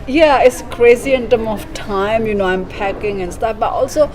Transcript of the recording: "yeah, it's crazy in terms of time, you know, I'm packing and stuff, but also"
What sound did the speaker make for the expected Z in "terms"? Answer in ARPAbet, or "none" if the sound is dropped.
none